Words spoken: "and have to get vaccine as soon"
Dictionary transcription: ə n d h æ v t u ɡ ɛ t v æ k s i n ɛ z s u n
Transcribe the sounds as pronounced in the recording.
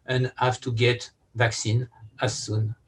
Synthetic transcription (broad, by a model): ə n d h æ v t u ɡ ɛ t v æ k s i n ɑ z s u n